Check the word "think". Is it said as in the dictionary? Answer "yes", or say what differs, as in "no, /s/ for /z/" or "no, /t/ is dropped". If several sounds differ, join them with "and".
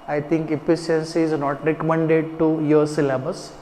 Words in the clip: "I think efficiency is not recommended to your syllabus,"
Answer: no, /t/ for /θ/